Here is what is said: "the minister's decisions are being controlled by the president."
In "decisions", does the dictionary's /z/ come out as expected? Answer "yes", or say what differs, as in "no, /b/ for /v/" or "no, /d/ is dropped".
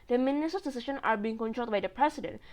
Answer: no, /z/ is dropped